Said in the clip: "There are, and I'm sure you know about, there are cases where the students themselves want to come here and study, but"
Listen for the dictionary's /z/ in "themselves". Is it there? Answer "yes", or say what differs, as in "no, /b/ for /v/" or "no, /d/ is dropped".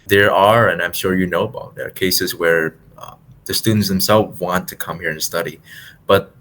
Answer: no, /z/ is dropped